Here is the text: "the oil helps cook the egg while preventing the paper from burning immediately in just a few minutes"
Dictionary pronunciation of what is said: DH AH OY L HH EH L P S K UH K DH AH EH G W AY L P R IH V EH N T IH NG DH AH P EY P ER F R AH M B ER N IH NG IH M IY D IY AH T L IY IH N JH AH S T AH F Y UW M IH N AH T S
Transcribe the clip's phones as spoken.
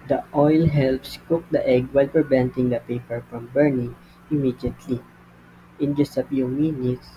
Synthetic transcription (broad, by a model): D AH OY L HH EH L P S K UH K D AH EH G W AY L P R IH V EH N T IH NG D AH P EY P ER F R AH M B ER N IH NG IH M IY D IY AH T L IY IH N JH AH S T AH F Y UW M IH N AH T S